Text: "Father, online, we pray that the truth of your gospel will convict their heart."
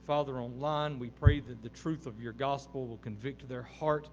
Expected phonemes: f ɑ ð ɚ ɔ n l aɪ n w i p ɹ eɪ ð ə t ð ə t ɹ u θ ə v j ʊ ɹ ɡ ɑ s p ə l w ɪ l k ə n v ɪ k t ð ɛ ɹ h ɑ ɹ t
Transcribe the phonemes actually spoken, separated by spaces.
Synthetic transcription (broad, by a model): f ɑ ð ɚ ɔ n l aɪ n w i p ɹ eɪ ð ə t ð ə t ɹ u θ ə v j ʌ ɹ ɡ ɑ s p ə l w ɪ l k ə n v ɪ k t ð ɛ ɹ h ɑ ɹ t